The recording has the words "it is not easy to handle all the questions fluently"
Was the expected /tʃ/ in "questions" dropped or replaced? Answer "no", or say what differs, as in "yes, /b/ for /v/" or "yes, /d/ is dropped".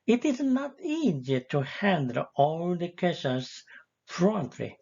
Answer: yes, /tʃ/ is dropped